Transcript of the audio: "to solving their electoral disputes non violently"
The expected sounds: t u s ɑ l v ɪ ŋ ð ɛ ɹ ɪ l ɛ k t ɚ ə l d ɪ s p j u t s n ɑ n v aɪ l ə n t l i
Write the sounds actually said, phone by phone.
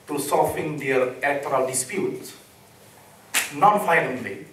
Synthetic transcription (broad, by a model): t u s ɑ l f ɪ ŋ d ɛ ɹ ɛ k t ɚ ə l d ɪ s p j u t s n ɑ n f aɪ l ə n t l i